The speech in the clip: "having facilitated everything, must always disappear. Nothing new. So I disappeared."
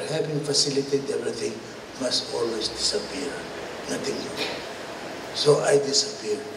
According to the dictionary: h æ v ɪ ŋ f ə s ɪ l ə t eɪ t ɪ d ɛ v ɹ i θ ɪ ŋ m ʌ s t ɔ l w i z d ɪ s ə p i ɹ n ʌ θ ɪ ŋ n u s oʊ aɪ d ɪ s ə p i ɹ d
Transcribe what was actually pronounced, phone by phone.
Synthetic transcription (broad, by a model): h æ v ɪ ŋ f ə s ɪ l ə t t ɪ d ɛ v ɹ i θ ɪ ŋ m ʌ s t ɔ l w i s d ɪ s ə p i ɹ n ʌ t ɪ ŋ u s oʊ aɪ d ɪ s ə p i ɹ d